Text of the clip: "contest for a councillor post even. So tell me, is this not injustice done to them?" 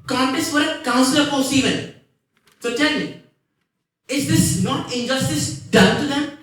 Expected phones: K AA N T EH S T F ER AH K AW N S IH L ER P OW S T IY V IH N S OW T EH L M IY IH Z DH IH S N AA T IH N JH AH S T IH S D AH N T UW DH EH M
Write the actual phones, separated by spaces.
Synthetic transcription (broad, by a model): K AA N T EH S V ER AH K AW N S L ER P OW S IY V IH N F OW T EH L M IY IH Z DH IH S N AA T IH N JH AH S T IH S D AH N T UW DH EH M